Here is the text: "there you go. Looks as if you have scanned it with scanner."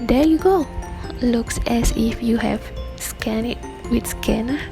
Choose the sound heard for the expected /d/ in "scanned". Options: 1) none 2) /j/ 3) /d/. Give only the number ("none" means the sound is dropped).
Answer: 1